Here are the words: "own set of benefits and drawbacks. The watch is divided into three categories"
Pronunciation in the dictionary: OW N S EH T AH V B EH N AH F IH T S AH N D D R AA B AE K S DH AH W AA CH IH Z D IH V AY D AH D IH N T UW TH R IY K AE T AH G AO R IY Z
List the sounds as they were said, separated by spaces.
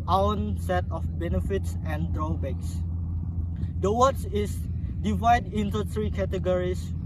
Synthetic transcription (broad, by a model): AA N S EH T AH F B EH N AH F IH T S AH N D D R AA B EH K S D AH W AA S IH S D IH V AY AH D IH N T UW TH R IY K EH T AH G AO R IY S